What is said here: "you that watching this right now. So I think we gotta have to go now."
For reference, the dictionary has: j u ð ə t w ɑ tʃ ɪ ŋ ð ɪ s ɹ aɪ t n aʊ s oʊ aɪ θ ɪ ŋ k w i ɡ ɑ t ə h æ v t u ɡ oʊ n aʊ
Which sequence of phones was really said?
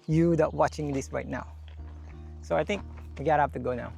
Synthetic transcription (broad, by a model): j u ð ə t w ɑ tʃ ɪ ŋ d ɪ s ɹ aɪ t n aʊ s oʊ aɪ t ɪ ŋ k w i ɡ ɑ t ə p t u ɡ oʊ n aʊ